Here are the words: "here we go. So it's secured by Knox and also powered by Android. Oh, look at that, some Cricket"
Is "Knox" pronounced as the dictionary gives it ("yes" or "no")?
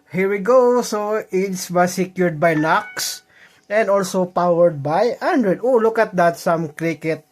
yes